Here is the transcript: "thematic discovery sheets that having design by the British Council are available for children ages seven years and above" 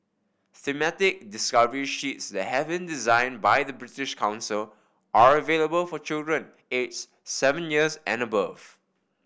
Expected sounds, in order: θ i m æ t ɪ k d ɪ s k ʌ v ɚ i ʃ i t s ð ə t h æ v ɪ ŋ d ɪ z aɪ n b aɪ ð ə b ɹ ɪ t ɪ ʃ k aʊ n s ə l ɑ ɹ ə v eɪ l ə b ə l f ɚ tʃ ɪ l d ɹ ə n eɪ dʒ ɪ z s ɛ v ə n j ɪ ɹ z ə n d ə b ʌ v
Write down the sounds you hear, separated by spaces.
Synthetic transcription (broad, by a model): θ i m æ t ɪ k d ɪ s k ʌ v ɚ i ʃ i t s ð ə t h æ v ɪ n d ɪ z aɪ n b aɪ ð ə b ɹ ɪ t ɪ ʃ k aʊ n s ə l ɑ ɹ ə v eɪ l ə b ə l f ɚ tʃ ɪ l d ɹ ə n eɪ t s s ɛ v ə n j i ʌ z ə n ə b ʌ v